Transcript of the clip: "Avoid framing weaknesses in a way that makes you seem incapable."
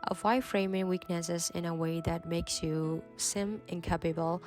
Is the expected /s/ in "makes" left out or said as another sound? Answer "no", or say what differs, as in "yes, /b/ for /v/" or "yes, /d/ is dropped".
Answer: no